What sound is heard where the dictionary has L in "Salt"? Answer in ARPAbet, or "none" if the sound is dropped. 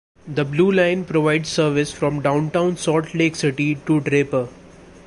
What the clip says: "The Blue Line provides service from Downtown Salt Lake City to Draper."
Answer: none